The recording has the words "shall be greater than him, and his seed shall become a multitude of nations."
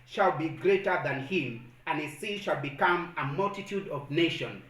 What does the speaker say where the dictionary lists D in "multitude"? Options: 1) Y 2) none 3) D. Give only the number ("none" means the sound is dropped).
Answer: 3